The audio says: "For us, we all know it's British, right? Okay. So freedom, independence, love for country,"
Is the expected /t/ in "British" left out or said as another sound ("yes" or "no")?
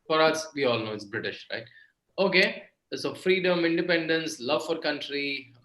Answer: no